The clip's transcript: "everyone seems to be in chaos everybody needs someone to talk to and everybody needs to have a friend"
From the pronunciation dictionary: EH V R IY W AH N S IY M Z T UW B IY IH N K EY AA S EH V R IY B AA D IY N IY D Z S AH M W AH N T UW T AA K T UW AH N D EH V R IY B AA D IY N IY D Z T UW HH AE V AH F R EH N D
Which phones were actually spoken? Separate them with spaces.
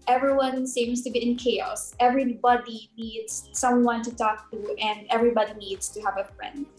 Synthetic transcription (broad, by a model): EH V R IY W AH N S IY M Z T UW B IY IH N K EY AA S EH V R IY B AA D IY N IY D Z S AH M W AH N T UW T AA K T UW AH N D EH V R IY B AA D IY N IY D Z T UW HH AE V AH F R EH N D